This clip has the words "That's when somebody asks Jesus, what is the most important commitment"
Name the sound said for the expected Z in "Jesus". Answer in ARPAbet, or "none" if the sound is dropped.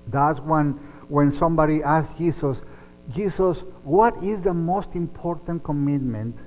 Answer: S